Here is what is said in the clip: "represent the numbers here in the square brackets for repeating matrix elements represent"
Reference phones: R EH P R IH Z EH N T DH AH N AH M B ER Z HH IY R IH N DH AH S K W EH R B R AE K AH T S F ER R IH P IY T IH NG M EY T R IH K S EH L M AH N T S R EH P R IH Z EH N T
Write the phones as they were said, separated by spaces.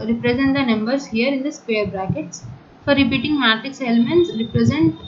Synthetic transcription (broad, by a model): R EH P R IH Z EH N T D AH N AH M B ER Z HH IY R IH N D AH S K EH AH R B R AE K AH T S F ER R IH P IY T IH NG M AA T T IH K S EH L M AH N T S R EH P R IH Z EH N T